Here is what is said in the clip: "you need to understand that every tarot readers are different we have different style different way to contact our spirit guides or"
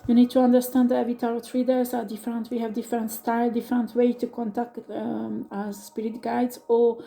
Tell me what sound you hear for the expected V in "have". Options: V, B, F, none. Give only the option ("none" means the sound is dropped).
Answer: V